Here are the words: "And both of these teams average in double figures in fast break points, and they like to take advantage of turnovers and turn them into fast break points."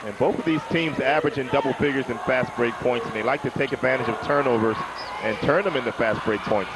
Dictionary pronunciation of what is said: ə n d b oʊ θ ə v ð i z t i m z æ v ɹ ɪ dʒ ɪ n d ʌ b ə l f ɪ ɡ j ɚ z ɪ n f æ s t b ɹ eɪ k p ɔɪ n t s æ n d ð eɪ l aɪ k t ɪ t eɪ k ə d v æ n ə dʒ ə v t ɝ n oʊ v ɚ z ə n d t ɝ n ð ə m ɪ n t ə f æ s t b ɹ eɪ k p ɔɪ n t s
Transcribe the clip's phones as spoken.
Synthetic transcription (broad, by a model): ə n b oʊ θ ə v ð i z t i m z æ v ɹ ɪ dʒ ɪ n d ʌ b l f ɪ ɡ j ɚ z ɪ n f æ s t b ɹ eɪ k p ɔɪ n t s n ð eɪ l aɪ k t ɪ t eɪ k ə d v æ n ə dʒ ə v t ɝ n oʊ v ɚ z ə n t ɝ n ð ə m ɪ n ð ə f æ s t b ɹ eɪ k p ɔɪ n t s